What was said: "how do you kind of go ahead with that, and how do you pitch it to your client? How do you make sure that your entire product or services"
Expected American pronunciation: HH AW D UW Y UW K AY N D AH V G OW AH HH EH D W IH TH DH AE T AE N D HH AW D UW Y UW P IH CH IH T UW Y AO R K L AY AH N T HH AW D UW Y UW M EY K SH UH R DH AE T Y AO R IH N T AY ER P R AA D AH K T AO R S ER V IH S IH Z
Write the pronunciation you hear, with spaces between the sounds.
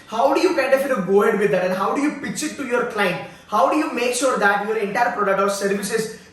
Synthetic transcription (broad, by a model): HH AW D UW Y UW K AY N D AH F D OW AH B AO D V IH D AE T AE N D HH AW D UW Y UW P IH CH IH T UW Y AO R K L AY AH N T HH AW D UW Y UW M EY K SH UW R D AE T Y AO R IH N T AY ER P R AA D AH K T AO R S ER V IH S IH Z